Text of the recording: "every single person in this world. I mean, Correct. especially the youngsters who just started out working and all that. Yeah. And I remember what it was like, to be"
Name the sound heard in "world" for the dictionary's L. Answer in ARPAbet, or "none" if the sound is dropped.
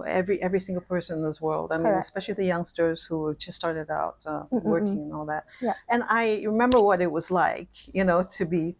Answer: L